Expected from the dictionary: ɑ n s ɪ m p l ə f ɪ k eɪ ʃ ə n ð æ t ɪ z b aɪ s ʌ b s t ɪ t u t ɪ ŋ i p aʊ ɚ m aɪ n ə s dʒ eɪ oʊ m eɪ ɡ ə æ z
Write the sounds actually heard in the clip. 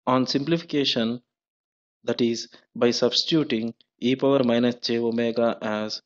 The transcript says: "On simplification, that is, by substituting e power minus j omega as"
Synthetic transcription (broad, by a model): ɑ n s ɪ m p l ə f ɪ k eɪ ʃ ə n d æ t ɪ z b aɪ s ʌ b s t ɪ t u t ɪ ŋ i p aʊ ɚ m aɪ n ə s tʃ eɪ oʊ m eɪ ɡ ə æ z